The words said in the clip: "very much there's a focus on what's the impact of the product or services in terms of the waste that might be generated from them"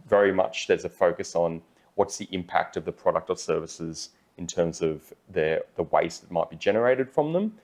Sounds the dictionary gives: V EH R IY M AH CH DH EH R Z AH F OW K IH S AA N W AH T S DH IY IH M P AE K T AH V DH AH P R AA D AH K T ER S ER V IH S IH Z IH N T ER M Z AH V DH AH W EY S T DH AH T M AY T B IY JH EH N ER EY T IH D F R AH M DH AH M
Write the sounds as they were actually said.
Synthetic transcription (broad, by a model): V EH R IY M AH CH DH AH R Z AH F OW K IH S N W AH T S DH IY IH M P AE K T AH V DH AH P R AA D AH K T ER S ER V IH S IH Z IH N T ER M Z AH V DH AH W EY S DH AH T M AY T B IY JH EH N ER EY T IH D F R AH M DH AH M